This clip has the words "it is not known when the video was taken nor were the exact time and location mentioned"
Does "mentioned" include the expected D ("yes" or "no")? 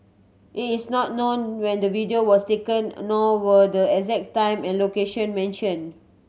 no